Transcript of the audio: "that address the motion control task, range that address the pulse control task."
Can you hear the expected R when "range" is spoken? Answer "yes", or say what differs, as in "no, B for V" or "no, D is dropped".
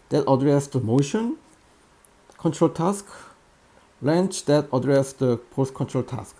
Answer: no, L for R